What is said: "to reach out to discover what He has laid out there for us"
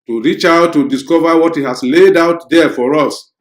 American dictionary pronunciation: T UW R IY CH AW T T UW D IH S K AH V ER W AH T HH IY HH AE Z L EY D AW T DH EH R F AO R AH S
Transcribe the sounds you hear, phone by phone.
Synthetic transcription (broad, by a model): T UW R IY CH AW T T UW D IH S K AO V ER W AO T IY HH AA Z L EY D AW T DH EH F AO R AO S